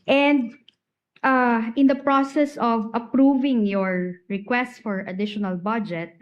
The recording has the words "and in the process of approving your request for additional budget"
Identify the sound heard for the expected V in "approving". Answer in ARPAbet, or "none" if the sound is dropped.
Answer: V